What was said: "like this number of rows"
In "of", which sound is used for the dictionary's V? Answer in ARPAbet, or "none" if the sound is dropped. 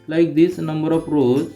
P